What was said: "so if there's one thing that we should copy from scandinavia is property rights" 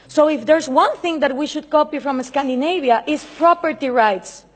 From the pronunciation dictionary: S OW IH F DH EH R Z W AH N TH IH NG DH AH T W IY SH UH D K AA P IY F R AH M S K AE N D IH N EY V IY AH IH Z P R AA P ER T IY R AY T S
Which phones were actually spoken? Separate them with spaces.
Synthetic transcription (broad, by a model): S OW IH F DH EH R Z W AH N TH IH NG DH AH T W IY SH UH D K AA P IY F R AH M S K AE N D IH N EY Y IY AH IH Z P R AA P ER T IY R AY T S